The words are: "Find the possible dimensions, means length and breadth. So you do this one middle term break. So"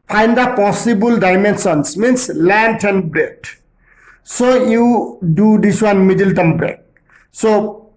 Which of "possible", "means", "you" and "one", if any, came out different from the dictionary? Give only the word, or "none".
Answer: means